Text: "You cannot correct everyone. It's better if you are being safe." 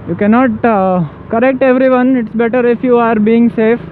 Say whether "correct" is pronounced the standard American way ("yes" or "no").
yes